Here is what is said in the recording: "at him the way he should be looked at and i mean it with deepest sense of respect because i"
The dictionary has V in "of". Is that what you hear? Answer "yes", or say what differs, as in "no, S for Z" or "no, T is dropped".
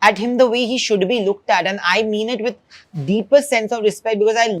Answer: yes